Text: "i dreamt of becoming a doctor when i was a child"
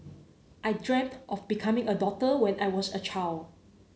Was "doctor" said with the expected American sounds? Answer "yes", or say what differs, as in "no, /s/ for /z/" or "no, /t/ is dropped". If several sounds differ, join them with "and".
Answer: no, /k/ is dropped